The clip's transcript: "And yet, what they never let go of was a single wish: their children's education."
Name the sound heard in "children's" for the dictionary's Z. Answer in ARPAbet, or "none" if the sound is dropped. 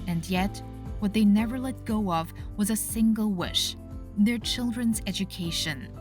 Z